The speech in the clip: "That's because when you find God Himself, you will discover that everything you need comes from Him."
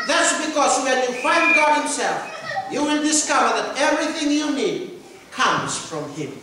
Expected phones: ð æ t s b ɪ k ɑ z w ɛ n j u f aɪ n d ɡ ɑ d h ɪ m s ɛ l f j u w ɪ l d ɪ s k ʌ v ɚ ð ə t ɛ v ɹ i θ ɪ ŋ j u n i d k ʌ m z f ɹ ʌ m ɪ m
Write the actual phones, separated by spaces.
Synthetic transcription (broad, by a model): ð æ t s b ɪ k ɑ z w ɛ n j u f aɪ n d ɡ ɑ d h ɪ m s ɛ l f j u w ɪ n d ɪ s k ʌ v ɚ ð ə t ɛ v ɹ i θ ɪ ŋ j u n i d k ʌ m z f ɹ ʌ m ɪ m